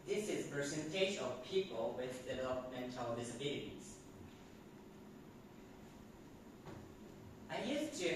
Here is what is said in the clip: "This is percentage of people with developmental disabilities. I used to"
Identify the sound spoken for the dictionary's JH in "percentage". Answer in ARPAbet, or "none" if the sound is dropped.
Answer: SH